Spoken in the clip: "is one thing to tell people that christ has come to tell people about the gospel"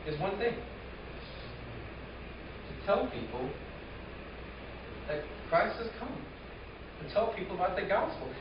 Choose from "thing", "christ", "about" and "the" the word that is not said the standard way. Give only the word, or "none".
none